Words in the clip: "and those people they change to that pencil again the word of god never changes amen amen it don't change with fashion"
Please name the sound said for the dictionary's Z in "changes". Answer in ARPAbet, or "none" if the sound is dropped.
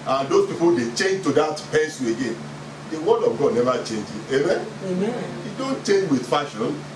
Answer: none